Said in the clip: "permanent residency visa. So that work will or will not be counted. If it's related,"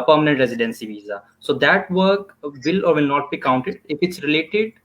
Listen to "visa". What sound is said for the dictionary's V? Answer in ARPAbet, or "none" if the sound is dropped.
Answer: V